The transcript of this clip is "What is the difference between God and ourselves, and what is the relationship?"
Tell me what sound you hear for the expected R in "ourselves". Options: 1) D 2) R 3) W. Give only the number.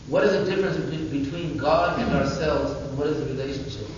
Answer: 2